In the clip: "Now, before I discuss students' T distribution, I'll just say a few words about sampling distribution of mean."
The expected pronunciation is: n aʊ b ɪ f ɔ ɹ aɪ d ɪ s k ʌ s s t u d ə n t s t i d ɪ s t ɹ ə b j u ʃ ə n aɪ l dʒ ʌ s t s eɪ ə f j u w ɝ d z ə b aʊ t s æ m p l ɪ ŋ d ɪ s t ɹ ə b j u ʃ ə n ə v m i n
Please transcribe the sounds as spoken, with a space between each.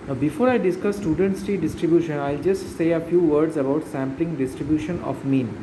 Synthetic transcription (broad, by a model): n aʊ b ɪ f ɔ ɹ aɪ d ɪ s k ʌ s s t u d ə n t s t i d ɪ s t ɹ ə b j u ʃ ə n aɪ l dʒ ʌ s t s eɪ ə f j u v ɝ d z ə b aʊ t s æ m p l ɪ ŋ d ɪ s t ɹ ə b j u ʃ ə n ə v m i n